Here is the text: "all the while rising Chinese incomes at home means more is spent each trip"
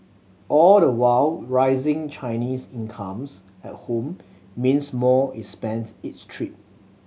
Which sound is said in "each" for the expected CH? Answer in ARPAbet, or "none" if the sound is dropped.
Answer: S